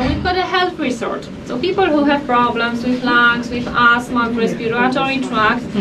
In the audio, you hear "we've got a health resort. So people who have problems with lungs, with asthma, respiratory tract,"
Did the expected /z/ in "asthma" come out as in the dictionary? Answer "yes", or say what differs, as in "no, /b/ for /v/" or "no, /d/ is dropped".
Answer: no, /s/ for /z/